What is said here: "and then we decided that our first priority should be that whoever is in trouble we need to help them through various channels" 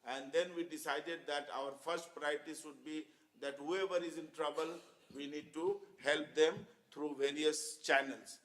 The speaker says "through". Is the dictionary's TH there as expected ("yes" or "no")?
no